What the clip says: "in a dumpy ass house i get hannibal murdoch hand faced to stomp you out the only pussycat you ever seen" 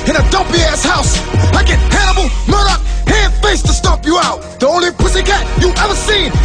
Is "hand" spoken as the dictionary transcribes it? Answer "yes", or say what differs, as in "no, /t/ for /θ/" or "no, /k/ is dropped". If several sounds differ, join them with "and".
no, /n/ is dropped